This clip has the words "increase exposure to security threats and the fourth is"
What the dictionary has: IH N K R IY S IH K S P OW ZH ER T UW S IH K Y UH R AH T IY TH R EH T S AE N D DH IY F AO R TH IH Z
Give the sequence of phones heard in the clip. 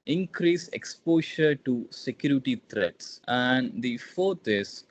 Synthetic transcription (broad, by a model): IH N K R IY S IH K S P OW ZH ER T UW S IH K Y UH R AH T IY T R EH T S AE N D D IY F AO R T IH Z